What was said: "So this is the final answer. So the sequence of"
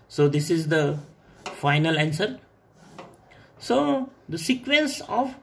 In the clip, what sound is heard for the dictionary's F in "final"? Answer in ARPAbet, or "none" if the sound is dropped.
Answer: F